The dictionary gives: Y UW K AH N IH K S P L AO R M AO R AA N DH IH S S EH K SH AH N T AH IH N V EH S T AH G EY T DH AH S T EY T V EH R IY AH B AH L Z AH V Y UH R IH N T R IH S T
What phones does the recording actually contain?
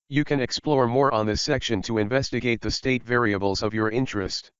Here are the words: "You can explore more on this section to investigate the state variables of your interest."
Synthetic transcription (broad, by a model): Y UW K AH N IH K S P L AO R M AO R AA N DH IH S S EH K SH AH N T AH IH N V EH S T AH G EY T DH AH S T EY T V EH R IY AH B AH L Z AH V Y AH R IH N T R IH S T